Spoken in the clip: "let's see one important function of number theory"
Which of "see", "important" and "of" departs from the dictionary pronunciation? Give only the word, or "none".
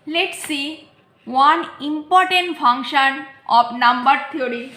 of